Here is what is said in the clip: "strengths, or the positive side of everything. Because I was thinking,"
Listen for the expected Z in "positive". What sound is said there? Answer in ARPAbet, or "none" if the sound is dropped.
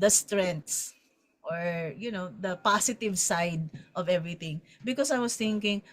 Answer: S